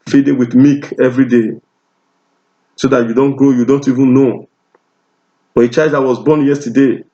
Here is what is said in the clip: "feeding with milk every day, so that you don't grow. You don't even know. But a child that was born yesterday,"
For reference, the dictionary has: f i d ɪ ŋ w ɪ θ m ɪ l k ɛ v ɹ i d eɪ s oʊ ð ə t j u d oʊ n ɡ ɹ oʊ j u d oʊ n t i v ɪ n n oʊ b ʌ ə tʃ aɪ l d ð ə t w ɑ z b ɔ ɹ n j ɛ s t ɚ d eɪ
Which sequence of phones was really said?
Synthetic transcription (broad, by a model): f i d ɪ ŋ w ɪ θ m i k ɛ v ɹ i d eɪ s oʊ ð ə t j u d oʊ n ɡ ɹ oʊ j u d oʊ n t i v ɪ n n oʊ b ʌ ə tʃ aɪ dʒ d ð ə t w ɑ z b ɔ n j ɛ s t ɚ d eɪ